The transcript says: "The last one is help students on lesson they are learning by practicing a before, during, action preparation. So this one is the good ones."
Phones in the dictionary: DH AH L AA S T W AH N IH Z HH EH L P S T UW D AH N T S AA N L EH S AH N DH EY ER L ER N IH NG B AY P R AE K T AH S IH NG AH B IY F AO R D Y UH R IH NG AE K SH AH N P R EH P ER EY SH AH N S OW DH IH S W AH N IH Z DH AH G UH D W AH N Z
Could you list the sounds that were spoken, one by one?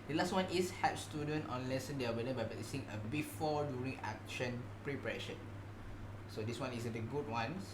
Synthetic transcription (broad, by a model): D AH L AA S T W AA N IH S HH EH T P S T UW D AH N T AA N L EH S AH N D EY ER W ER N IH B AY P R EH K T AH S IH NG AH B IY F AO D Y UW R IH NG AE K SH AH N P R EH P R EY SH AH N S OW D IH S W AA N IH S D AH G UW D W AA N